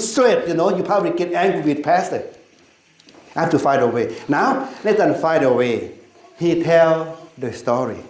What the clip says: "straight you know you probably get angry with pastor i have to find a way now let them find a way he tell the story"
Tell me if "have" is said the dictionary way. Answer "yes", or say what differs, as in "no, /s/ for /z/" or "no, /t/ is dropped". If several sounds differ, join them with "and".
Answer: no, /f/ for /v/